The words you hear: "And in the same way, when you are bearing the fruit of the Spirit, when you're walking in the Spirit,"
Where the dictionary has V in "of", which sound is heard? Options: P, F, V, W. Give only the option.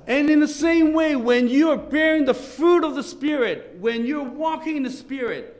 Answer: V